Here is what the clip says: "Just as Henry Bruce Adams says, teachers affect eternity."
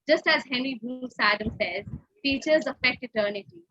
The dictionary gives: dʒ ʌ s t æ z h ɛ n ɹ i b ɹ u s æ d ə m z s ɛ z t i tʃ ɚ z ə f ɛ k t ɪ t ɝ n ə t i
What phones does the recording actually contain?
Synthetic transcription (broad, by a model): dʒ ʌ s t æ z h ɛ n ɹ i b u s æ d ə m s ɛ z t i tʃ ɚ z ə f ɛ k t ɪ t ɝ n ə t i